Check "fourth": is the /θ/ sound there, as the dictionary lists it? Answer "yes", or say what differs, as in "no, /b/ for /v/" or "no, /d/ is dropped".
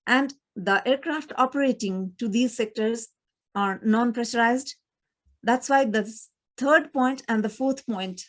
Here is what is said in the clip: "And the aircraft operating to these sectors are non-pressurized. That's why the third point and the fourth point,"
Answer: no, /t/ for /θ/